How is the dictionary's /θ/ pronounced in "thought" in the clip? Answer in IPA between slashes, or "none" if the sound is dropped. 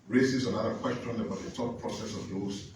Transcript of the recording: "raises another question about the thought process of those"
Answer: /t/